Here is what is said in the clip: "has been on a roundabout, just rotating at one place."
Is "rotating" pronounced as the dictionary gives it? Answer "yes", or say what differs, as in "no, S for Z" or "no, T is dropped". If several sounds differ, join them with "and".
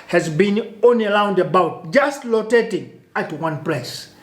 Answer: no, L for R